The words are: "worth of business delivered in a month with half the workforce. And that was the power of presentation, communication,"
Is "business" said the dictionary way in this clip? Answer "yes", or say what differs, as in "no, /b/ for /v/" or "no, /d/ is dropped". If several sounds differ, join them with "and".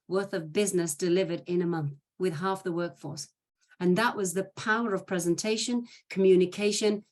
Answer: yes